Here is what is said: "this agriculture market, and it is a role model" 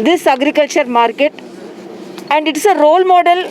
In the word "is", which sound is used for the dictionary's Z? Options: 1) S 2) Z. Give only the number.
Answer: 1